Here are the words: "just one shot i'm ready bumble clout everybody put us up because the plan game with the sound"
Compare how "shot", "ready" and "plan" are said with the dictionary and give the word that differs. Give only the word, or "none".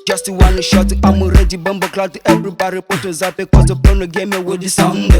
plan